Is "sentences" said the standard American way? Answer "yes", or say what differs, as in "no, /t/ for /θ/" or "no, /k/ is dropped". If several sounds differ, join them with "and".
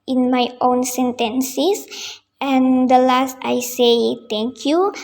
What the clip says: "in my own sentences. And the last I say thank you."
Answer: no, /s/ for /z/